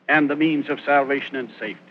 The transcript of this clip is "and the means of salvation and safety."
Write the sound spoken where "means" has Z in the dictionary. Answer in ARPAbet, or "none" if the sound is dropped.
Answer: Z